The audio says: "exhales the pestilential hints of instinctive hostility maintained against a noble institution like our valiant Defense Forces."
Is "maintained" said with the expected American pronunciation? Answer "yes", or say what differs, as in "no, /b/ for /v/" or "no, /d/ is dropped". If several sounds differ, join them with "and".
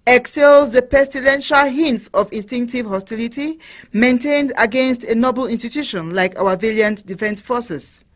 yes